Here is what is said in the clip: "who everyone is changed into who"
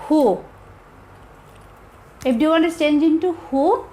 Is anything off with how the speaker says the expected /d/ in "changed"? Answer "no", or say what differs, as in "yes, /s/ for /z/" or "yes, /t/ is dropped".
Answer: yes, /d/ is dropped